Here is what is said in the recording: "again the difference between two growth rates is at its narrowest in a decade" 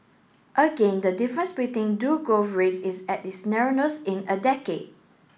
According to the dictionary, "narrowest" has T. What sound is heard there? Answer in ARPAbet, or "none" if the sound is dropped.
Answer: none